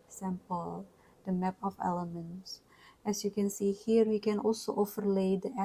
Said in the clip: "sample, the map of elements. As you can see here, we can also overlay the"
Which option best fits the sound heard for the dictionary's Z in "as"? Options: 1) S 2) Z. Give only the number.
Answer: 1